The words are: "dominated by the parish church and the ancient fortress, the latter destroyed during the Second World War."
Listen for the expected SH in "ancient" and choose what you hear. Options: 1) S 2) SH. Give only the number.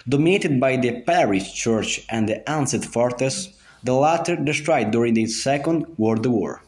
1